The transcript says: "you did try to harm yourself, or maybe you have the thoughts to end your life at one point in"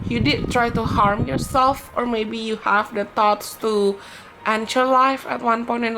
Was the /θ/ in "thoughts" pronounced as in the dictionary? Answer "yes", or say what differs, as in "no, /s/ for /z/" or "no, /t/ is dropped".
no, /t/ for /θ/